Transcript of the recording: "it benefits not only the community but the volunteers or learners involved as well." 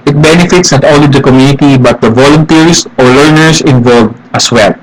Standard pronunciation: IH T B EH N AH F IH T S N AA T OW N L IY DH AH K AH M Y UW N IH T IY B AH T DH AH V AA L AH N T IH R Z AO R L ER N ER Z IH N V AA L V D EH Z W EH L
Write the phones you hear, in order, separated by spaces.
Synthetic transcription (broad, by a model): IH T B EH N AH F IH T S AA T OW L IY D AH K AH M Y UW N IH T IY B AH T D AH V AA L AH N T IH R S AO R L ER N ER S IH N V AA L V AH S W EH L